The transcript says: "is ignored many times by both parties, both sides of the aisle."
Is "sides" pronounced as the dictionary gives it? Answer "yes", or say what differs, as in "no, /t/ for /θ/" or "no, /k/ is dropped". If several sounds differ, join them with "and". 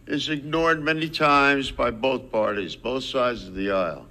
yes